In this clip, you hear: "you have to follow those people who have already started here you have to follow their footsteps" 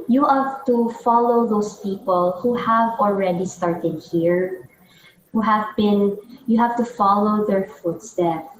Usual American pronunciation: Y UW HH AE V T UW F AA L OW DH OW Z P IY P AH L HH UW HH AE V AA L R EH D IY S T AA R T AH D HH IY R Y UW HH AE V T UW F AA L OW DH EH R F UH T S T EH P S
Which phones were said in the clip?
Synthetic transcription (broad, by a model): Y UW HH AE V T UW F AA L OW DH OW S P IY P AH L HH UW HH AE V AA L R EH D IY S T AA R T AH D HH IY R Y UW HH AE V T UW F AA L OW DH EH R F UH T S T EH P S